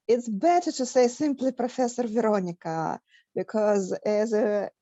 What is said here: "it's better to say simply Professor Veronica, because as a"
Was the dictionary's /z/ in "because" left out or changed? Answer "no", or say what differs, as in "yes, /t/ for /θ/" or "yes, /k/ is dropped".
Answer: no